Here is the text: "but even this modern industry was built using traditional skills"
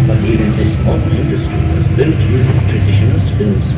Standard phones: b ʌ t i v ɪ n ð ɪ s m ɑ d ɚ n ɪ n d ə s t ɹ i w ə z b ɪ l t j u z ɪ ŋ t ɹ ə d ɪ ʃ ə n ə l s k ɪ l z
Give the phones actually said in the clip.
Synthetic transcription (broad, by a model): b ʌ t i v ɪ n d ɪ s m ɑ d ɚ ɪ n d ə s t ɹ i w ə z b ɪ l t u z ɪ t ɹ ə d ɪ ʃ ə n ə l s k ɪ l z